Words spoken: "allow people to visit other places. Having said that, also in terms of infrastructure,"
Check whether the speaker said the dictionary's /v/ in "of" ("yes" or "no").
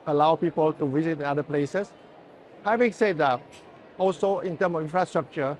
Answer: no